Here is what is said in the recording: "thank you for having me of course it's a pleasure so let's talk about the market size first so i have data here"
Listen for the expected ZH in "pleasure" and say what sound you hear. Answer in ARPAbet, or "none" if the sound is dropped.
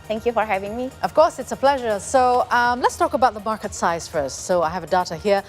ZH